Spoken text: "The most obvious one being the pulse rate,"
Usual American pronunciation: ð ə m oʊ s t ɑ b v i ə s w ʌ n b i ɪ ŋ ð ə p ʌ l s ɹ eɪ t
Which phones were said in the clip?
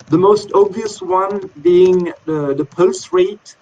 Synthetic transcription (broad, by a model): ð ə m oʊ s t ɑ b v i ə s w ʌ n b i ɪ ŋ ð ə p ʌ l s ɹ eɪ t